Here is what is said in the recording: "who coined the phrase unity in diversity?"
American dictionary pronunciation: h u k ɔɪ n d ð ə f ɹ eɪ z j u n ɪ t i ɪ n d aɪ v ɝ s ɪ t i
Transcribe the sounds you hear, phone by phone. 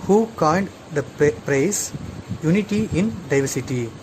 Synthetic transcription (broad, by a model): h u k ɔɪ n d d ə p ɹ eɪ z j u n ɪ t i ɪ n d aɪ v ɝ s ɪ t i